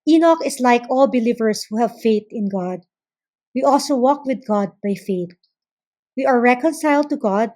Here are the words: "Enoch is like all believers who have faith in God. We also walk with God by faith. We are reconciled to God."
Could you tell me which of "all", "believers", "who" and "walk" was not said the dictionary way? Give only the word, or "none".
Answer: believers